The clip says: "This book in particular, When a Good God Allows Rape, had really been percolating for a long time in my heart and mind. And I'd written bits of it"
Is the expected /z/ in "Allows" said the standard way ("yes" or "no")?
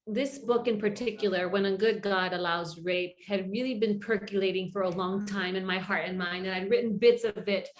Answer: yes